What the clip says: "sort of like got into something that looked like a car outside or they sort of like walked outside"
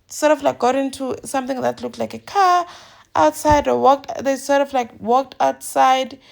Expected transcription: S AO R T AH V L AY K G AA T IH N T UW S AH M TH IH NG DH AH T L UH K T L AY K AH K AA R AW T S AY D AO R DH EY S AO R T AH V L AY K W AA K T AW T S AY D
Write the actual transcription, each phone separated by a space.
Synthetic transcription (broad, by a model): S AO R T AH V L AY K G AA T IH N T UW S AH M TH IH NG DH AH T L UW K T L AY K AH K AA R AW T S AY D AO W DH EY S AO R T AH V L AY K W AA K T AW T S AY D